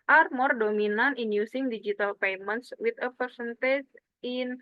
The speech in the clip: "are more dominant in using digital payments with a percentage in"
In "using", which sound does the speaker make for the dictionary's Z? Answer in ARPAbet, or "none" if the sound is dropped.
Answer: S